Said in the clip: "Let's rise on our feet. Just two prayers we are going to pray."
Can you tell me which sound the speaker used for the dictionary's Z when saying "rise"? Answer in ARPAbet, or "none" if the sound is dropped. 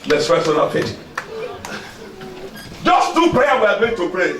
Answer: S